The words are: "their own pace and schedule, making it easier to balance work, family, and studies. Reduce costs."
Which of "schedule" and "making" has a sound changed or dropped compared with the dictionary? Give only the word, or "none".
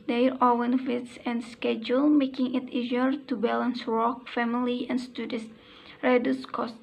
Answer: none